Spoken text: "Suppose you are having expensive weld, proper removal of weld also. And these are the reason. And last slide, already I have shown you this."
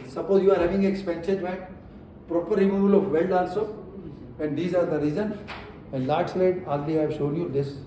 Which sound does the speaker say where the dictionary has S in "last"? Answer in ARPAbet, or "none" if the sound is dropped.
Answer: none